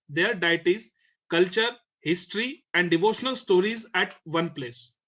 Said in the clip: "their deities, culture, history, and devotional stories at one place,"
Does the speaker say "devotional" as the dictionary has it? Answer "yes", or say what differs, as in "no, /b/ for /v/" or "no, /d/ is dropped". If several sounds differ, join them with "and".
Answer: yes